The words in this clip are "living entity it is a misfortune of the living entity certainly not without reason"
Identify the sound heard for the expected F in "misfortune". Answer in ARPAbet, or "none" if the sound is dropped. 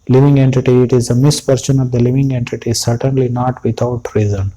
P